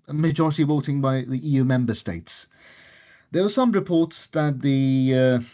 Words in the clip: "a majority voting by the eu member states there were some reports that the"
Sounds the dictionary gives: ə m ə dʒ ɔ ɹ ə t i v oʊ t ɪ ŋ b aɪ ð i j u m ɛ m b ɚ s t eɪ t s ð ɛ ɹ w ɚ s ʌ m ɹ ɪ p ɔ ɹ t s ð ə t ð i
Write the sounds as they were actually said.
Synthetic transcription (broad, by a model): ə m ə dʒ ɔ ɹ ə t i w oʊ t ɪ ŋ b aɪ ð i j u m ɛ m b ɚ s t eɪ t s ð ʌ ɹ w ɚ s ʌ m ɹ ɪ p ɔ ɹ t s ð ə t ð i